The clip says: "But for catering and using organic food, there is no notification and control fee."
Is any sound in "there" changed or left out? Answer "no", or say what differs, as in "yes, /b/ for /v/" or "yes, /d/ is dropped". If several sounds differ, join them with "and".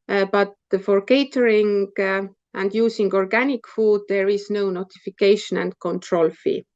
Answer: no